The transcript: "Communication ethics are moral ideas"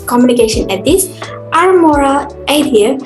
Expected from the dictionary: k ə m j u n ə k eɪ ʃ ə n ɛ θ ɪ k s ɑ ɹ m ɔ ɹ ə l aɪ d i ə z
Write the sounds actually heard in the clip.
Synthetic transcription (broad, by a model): k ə m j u n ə k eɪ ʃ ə n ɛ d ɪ s ɑ ɹ m ɔ ɹ ə l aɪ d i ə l